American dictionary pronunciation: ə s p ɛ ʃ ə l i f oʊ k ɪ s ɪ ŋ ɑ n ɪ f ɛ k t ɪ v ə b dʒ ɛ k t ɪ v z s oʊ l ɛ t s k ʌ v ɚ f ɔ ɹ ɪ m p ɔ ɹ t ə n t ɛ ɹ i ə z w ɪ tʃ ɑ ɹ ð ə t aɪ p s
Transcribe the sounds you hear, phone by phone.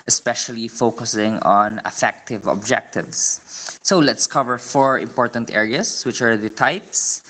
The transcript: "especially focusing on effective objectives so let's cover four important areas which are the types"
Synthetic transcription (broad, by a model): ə s p ɛ ʃ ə l i f oʊ k ɪ s ɪ ŋ ɑ n ɪ f ɛ k t ɪ v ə b dʒ ɛ k t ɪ v s oʊ l ɛ t s k ʌ v ɚ f ɔ ɹ ɪ m p ɔ ɹ t ə n t ɛ ɹ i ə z w ɪ tʃ ɑ ɹ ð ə t aɪ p s